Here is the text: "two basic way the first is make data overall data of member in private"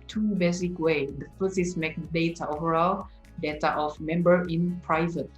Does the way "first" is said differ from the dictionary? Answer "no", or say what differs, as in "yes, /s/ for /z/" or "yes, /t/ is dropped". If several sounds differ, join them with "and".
yes, /t/ is dropped